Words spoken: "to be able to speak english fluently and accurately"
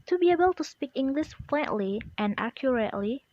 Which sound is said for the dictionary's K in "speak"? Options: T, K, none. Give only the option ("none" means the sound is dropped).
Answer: K